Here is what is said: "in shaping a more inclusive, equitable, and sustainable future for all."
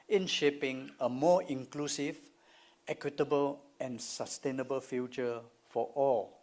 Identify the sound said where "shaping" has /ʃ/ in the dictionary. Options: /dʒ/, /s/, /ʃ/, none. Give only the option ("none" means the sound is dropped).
/ʃ/